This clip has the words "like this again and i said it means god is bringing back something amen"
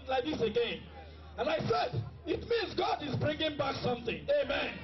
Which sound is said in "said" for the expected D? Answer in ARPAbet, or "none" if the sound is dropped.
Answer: D